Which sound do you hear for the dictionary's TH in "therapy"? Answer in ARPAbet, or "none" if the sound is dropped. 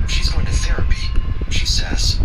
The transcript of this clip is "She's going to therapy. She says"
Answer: TH